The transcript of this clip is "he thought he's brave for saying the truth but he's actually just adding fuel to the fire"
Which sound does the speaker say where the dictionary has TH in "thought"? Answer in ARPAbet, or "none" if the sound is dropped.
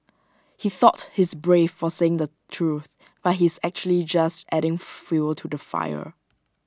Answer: TH